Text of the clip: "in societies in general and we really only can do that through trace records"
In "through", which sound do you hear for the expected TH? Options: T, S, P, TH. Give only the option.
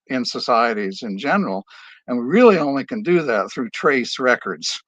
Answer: TH